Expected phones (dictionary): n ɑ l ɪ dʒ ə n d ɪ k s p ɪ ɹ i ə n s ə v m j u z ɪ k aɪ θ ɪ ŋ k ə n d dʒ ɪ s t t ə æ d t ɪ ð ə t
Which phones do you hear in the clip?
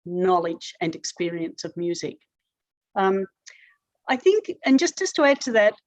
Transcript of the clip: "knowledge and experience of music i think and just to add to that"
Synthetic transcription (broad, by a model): n ɑ l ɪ dʒ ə n ɪ k s p ɪ ɹ i ə n s ə v m j u z ɪ k aɪ θ ɪ ŋ k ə n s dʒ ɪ s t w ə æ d t ɪ ð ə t